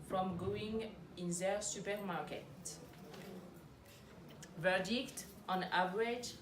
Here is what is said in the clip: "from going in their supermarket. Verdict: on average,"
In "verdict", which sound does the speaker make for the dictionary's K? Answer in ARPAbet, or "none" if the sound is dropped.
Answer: K